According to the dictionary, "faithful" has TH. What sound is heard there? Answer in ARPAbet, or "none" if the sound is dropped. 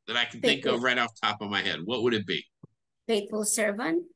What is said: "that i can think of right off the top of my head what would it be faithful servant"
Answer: T